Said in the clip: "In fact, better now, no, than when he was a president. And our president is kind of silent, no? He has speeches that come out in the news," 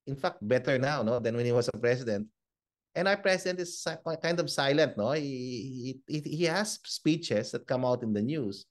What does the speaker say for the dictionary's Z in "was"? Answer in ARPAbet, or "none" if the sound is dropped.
S